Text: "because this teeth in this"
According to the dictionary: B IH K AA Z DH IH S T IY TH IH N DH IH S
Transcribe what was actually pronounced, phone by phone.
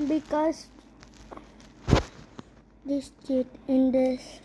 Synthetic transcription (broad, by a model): B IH K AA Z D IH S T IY T IH N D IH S